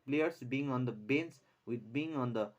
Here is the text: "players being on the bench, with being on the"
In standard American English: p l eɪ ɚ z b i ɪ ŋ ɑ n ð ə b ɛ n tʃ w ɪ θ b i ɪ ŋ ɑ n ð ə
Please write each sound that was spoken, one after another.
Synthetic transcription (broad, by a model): p l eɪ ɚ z b i ɪ ŋ ɑ n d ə b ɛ n s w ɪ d b i ɪ ŋ ɑ n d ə